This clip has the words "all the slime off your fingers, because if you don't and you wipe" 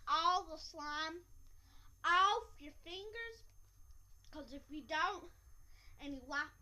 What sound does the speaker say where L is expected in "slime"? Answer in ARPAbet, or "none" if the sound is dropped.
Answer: L